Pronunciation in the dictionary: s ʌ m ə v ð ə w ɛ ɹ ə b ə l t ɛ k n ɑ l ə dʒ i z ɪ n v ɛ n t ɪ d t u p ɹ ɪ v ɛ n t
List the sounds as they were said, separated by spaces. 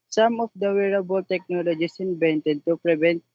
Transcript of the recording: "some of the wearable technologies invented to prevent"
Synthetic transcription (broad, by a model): s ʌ m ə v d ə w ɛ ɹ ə b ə l t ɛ k n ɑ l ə dʒ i s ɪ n b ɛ n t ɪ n t u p ɹ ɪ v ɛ n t